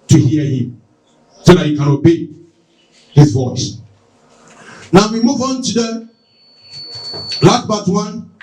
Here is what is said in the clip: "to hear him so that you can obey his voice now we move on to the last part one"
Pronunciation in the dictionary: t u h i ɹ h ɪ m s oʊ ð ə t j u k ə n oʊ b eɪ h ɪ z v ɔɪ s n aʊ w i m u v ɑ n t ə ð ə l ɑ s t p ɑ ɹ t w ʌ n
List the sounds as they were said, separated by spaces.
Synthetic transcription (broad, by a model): t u h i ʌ h ɪ m s oʊ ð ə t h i k ə n oʊ b eɪ h ɪ z v ɔɪ s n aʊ w i m u v ɑ n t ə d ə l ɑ t b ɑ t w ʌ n